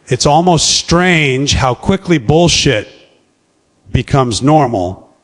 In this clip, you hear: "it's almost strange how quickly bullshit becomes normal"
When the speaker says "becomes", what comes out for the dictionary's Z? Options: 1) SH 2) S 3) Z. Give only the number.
3